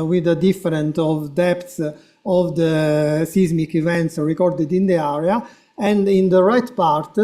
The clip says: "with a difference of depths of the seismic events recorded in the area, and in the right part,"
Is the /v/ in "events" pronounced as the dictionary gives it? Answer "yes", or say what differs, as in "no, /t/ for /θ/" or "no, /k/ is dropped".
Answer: yes